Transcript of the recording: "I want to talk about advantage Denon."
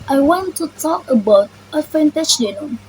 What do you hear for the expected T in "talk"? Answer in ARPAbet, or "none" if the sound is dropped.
T